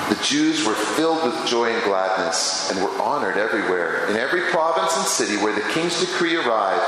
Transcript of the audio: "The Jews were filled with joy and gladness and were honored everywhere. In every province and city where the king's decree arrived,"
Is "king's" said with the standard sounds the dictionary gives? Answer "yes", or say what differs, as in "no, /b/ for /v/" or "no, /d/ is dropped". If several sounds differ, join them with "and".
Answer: yes